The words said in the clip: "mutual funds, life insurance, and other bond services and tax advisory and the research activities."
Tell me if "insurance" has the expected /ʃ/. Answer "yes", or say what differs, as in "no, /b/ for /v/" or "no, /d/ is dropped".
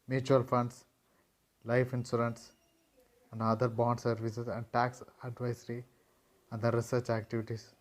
no, /s/ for /ʃ/